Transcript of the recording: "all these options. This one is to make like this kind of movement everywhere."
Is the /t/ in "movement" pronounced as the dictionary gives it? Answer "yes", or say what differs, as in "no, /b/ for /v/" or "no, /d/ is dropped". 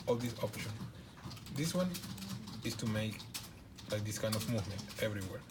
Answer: yes